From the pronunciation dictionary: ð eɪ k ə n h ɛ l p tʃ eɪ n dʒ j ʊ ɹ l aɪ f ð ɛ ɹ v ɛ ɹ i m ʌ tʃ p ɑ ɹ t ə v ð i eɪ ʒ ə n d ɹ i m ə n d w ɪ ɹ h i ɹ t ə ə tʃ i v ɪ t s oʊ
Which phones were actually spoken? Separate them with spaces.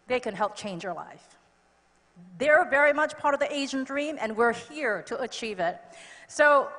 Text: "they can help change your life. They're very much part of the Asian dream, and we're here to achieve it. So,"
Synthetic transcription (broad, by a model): ð eɪ k ə n h ɛ l p tʃ eɪ n dʒ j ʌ ɹ l aɪ f ð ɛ ɹ v ɛ ɹ i m ʌ tʃ p ɑ ɹ t ə v ð i eɪ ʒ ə n d ɹ i m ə n w ɪ ɹ h i ɹ t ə ə tʃ i v ɪ t s oʊ